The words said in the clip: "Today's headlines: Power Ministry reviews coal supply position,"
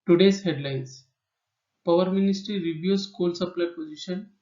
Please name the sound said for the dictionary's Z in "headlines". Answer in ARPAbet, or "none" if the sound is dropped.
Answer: S